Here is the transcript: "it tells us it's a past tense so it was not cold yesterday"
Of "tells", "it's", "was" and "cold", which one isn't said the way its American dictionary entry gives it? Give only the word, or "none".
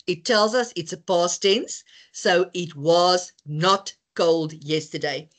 none